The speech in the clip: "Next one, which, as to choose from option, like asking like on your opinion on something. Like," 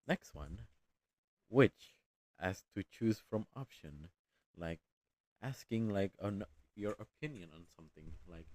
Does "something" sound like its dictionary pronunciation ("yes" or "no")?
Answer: yes